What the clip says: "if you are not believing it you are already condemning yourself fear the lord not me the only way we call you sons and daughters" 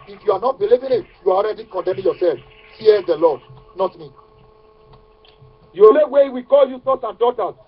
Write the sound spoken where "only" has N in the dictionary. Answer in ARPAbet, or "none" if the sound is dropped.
none